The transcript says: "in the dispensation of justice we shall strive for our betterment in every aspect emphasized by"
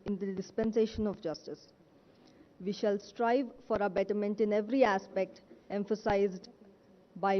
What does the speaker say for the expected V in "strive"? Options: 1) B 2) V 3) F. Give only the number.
2